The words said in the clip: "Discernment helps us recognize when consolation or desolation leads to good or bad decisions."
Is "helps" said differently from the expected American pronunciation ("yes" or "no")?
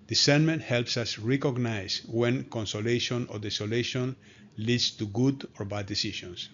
no